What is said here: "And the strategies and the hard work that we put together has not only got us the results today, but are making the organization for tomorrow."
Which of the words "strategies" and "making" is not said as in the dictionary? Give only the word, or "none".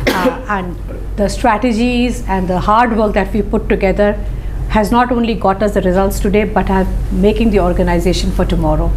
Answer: none